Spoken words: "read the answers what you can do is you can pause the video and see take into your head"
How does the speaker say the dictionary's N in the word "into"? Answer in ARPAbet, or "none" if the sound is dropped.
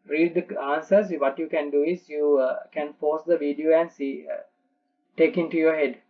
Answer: N